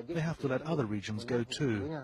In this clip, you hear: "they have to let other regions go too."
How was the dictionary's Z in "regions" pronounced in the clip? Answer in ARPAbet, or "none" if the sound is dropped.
Z